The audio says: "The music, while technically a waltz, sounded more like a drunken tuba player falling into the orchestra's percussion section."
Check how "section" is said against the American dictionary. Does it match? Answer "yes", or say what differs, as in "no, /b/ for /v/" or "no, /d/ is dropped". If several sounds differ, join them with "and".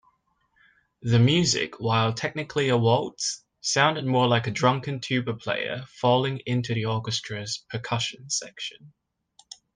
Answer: yes